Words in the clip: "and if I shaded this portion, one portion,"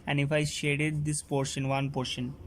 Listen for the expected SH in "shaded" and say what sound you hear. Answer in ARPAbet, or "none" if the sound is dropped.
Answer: SH